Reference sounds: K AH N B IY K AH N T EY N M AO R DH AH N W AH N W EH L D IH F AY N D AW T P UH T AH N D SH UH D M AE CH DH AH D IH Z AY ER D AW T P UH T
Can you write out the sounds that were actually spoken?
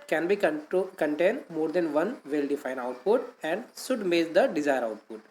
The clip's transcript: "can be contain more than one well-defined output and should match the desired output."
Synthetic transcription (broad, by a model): K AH N B IY K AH N T EY N M AO R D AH N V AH N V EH L D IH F AY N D AW T P UH T AH N D S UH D M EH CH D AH D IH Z AY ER D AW T P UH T